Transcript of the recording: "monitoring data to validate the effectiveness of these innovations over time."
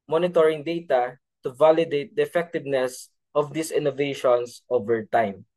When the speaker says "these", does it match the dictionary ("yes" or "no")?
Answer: no